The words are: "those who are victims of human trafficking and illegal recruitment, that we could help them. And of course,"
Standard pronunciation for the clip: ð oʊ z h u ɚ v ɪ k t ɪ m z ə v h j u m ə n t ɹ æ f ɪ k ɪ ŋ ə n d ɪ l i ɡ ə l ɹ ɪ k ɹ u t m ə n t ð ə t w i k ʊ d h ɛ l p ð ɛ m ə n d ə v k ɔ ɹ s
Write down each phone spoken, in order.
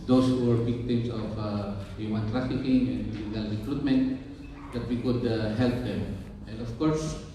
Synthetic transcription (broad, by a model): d oʊ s h u ɚ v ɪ k t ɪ m s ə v h j u m ə n t ɹ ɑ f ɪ k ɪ ŋ ə n d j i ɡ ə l ɹ ɪ k ɹ u t m ə n t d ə t w i k ʊ d h ɛ l p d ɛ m ə n d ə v k ɔ ɹ s